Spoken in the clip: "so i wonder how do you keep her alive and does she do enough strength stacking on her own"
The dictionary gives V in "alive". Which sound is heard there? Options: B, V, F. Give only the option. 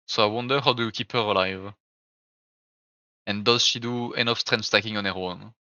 V